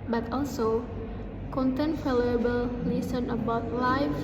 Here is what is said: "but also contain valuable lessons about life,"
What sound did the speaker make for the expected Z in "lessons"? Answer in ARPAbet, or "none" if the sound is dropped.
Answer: none